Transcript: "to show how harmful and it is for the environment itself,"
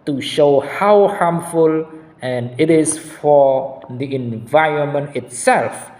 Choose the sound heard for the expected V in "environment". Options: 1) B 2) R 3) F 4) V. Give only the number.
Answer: 4